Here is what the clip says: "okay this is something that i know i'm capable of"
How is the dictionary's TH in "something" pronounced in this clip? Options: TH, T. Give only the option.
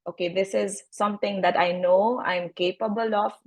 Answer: T